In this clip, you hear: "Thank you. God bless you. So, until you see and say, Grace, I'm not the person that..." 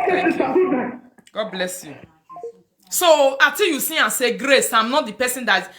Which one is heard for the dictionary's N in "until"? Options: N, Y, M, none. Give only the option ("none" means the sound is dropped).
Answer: none